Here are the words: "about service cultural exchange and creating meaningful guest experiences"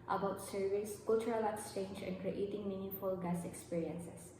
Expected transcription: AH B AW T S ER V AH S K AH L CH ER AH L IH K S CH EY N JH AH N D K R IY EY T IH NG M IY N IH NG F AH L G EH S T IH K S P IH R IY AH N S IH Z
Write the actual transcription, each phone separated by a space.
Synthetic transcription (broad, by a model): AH B AW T S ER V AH S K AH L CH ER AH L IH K S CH EY N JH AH N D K R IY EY T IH NG M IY N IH F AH L G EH S IH K S P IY R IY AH N S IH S